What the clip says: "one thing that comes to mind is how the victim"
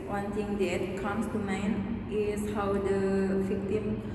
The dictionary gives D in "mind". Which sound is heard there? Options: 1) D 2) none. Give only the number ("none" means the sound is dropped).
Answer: 2